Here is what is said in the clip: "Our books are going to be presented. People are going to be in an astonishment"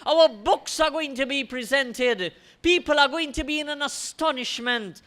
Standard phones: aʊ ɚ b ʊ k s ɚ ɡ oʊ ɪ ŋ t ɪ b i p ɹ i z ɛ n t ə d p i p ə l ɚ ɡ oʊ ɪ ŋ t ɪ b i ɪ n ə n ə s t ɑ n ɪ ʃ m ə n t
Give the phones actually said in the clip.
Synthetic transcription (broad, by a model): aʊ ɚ b ʊ k s ɚ ɡ oʊ ɪ ŋ t ɪ b i p ɹ i z ɛ n t ə d p i p ə l ɚ ɡ oʊ ɪ ŋ t ɪ b i ɪ n ə n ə s t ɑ n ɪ ʃ m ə n t